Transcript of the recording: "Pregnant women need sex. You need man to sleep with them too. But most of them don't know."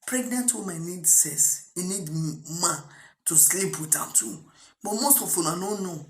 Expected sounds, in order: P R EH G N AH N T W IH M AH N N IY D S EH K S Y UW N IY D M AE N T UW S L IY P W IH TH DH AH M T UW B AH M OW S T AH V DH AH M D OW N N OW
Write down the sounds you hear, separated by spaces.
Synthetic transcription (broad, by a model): P R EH G N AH N T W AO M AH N N IY D S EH S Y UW N IY D M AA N T UW S L IY P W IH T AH T UW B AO M OW S T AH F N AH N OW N N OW